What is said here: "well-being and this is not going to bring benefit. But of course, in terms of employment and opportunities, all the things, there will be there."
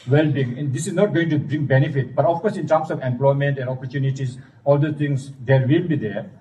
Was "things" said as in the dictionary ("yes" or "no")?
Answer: no